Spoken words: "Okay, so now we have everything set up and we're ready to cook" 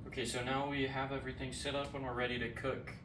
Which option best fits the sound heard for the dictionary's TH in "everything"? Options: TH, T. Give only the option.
TH